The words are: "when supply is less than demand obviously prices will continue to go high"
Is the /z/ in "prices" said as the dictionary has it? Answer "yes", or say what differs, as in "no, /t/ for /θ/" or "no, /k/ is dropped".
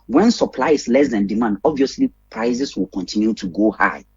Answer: no, /s/ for /z/